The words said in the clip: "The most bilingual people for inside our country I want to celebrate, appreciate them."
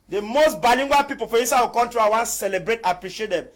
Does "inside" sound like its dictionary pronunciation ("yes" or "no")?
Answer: no